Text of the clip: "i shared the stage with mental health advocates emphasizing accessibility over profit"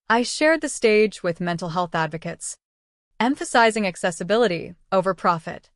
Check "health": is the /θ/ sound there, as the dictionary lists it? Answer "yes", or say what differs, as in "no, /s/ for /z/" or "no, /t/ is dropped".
yes